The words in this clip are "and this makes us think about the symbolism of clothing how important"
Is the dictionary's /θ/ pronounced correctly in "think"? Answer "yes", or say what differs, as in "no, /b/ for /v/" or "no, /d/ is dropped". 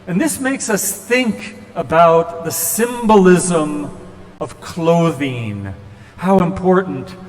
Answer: yes